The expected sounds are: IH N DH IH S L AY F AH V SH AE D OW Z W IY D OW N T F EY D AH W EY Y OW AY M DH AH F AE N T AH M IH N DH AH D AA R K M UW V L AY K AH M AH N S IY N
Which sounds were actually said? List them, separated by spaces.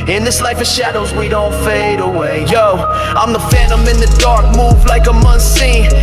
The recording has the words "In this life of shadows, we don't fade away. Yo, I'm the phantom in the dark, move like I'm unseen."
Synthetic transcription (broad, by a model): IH N DH IH S L AY F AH SH AE D OW Z W IY D OW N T F EY D AH W EY Y OW AY M DH AH F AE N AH M IH N DH AH D AA R K M UW V L AY K AH M AH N S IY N